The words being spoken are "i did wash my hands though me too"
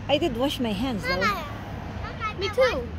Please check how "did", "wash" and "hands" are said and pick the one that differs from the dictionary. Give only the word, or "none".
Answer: none